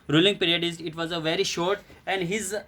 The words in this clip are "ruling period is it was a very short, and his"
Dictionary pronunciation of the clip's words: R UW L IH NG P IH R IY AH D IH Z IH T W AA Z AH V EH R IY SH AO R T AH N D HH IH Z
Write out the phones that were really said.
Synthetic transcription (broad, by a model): R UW L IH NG P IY R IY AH D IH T IH T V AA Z AH V EH R IY SH AO R T AH N D HH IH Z